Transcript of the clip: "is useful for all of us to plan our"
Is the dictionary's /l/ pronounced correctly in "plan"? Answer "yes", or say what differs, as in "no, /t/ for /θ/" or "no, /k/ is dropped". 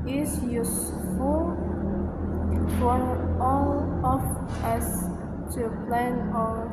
yes